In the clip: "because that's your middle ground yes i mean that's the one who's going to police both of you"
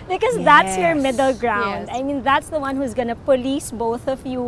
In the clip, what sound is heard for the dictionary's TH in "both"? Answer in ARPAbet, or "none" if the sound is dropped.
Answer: TH